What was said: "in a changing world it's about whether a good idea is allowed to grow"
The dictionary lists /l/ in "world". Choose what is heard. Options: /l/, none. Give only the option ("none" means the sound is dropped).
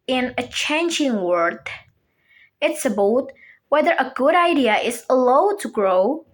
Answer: none